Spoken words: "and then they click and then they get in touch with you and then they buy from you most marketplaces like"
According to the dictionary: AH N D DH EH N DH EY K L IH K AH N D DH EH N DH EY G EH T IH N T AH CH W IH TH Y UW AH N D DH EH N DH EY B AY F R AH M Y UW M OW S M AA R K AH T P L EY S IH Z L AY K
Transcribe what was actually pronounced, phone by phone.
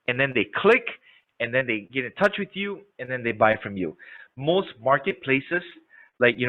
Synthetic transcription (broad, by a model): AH N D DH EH N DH EY K L IH K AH N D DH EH N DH EY G EH T IH N T AH CH W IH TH Y UW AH N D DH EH N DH EY B AY F R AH M Y UW M OW S M AA R K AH T P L EY S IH S L AY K